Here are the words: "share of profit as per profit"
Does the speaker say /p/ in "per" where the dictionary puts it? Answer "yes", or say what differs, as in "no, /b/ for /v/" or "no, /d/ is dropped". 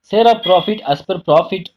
yes